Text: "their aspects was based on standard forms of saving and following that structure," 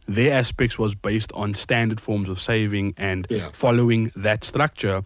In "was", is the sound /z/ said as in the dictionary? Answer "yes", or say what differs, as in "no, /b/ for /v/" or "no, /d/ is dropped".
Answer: yes